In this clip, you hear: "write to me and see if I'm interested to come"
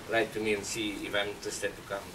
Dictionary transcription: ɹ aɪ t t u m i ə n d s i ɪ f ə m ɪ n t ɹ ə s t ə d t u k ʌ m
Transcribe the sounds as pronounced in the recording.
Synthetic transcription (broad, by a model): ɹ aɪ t t u m i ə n s i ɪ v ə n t ə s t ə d t u k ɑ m